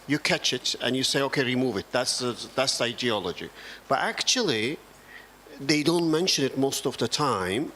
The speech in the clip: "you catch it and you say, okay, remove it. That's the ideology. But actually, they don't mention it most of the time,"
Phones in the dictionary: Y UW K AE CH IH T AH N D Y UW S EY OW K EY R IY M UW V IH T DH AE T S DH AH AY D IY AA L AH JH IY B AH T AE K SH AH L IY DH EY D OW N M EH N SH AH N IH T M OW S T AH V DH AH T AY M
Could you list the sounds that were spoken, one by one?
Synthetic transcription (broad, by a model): Y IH K AE CH IH T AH N Y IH S EY OW K EY R IY M UW V IH T DH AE T S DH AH AY D IY AA L AH JH IY B AH T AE K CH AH L IY DH EY D OW N M EH N SH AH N IH T M OW S T AH V DH AH T AY M